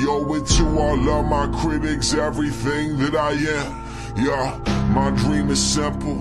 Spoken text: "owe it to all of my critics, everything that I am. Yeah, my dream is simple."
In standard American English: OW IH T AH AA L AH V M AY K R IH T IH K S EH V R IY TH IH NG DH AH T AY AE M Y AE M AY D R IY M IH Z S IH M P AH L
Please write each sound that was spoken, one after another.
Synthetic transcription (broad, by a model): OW IH T AH AA L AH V M AY K R IH T IH K S EH V R IY TH IH NG DH AH T AY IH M Y AE M AY D R IY M IH Z S IH M P L